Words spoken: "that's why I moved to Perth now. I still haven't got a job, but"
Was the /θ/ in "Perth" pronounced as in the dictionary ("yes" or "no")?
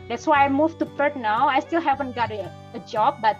no